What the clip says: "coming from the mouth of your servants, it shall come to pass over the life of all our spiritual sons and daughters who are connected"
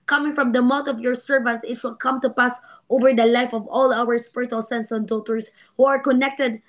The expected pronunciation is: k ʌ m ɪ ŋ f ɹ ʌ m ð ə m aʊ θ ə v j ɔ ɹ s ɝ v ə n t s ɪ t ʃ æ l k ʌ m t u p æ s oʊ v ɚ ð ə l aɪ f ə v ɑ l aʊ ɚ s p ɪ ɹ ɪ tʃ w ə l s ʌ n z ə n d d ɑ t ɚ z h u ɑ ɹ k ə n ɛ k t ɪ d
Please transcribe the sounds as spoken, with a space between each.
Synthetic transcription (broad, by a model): k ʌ m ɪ ŋ f ɹ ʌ m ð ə m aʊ t ə v j ɔ ɹ s ɝ v ə n t s ɪ t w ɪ l k ʌ m t u p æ s oʊ v ɚ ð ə l aɪ f ə v ɑ l aʊ ɚ s p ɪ ɹ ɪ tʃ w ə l s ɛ n s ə n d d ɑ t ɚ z h u ɑ ɹ k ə n ɛ k t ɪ d